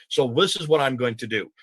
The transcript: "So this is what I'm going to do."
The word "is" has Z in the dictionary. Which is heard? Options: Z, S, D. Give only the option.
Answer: Z